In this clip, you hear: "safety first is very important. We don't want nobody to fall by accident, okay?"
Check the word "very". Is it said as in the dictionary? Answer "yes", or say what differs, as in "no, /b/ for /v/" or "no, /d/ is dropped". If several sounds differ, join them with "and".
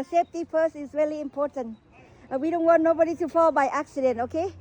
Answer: no, /l/ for /ɹ/